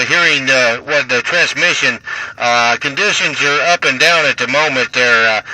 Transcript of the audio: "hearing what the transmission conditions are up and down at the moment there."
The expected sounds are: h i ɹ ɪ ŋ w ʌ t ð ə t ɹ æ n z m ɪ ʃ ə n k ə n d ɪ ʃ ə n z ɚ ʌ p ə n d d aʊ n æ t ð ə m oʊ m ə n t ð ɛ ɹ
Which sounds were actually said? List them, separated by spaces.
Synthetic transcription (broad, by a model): h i ɹ ɪ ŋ w ʌ t ð ə t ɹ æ n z m ɪ ʃ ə n k ə n d ɪ ʃ ə n z ɚ ʌ p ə n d d aʊ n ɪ t ð ə m oʊ m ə n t ð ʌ ɹ